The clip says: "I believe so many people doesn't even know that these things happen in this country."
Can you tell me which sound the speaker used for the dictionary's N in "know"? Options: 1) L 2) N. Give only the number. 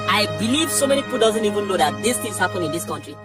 1